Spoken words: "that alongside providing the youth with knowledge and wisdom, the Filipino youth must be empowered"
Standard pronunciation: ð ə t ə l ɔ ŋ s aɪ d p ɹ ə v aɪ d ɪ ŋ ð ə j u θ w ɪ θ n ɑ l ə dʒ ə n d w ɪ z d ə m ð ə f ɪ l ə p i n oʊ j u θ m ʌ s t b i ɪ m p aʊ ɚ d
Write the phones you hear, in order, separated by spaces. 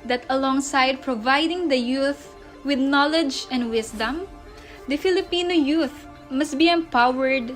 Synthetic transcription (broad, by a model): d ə t ə l ɔ ŋ s aɪ d p ɹ ə v aɪ d ɪ ŋ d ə j u θ w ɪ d n ɑ l ə dʒ ə n d w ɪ s d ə m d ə f ɪ l ə p i n oʊ j u θ m ʌ s t b i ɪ m p aʊ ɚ d